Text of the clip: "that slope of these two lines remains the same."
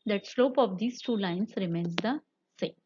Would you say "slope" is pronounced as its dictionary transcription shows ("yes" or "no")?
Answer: yes